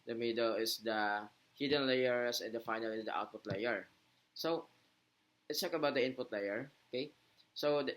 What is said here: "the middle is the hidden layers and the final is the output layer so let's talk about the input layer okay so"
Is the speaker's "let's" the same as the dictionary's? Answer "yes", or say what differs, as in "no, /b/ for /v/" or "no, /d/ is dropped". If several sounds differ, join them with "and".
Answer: no, /w/ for /l/